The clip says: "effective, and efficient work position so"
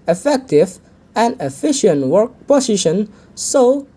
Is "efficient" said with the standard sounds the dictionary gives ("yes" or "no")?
yes